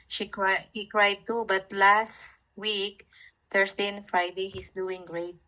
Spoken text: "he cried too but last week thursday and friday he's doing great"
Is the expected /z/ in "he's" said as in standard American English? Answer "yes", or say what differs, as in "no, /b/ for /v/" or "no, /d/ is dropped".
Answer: no, /s/ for /z/